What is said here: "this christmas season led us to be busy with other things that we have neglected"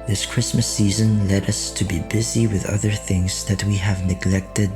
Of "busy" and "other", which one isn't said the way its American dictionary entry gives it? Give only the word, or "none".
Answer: none